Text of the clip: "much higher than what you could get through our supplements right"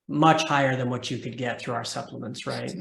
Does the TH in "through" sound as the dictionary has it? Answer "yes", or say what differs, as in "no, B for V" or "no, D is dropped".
yes